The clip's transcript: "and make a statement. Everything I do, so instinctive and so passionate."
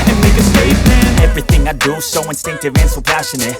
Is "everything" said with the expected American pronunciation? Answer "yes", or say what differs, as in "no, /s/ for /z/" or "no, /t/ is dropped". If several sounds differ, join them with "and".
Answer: yes